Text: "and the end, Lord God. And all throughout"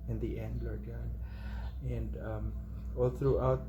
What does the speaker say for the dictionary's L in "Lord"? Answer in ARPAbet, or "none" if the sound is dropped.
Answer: L